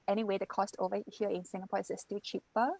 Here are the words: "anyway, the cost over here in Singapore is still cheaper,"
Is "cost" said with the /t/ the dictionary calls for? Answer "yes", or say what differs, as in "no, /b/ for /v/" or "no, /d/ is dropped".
yes